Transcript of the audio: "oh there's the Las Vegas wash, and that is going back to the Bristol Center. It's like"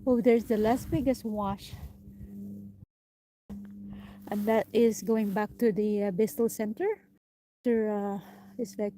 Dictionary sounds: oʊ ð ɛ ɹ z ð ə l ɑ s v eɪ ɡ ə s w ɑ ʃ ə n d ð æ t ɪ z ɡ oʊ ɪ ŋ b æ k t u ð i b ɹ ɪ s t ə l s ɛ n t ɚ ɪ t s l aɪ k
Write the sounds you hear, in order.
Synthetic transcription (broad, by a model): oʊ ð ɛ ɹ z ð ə l ɑ s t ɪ ɡ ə s w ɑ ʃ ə n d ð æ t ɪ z ɡ oʊ ɪ ŋ b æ k t u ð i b ɪ s t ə l s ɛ n t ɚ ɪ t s l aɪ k